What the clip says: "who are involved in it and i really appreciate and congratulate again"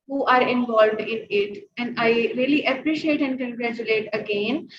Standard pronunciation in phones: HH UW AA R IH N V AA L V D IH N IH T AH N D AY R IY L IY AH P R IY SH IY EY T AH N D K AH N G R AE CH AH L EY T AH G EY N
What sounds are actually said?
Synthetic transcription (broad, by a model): HH UW AA R IH N V AA L V D IH N IH T AH N D AY R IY L IY AH P R IY SH IY EY T AH N D K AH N G R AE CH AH L EY T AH G EY N